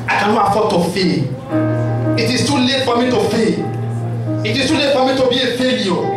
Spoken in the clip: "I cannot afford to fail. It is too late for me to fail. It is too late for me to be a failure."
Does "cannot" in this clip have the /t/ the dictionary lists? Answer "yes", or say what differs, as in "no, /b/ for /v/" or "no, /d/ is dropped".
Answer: no, /t/ is dropped